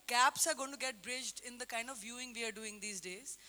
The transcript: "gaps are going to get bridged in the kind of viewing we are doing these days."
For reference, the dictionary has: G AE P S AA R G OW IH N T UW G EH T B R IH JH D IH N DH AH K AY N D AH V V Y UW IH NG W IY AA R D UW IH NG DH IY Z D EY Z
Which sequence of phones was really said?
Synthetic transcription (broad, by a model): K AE P S AA R G OW IH N T UW G EH T B R IH JH D IH N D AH K AY N D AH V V Y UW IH NG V IY AA R D UW IH NG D IY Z D EY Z